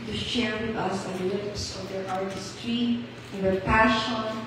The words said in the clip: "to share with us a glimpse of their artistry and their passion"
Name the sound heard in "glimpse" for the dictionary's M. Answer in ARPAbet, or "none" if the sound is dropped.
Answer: none